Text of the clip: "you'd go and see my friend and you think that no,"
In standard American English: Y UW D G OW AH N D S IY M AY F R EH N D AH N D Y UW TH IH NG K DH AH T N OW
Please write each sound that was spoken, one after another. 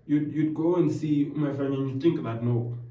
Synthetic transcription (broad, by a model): Y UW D G OW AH N S IY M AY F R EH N AH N Y UW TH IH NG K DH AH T N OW